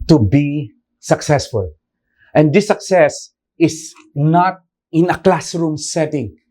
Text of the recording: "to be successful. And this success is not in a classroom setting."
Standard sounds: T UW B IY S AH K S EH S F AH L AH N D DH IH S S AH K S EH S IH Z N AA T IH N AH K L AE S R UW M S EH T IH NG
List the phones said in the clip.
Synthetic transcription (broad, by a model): T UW B IY S AH K S EH S F AH L AH N D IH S S AH K S EH S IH S N AA T IH N AH K L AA S R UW M S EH T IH NG